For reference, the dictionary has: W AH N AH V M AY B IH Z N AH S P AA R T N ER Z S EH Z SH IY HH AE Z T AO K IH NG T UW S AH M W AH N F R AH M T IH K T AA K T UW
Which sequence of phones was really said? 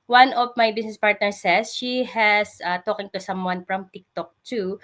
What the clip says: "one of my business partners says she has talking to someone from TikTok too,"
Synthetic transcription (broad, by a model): W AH N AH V M AY B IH S N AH S P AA R T N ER S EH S SH IY HH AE S T AO K IH NG T UW S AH M W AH N F R AH M T IH K T AA K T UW